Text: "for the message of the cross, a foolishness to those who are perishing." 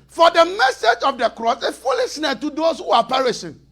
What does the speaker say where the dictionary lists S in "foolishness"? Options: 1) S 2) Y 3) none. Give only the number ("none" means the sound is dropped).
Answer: 3